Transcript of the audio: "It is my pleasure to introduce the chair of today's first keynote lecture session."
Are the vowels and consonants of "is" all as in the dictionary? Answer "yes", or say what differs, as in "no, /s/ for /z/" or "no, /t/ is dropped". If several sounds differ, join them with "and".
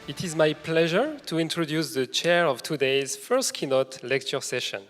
yes